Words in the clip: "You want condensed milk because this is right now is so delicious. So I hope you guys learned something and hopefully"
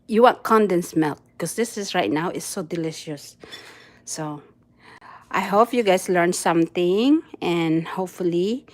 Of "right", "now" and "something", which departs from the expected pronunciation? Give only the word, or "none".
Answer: something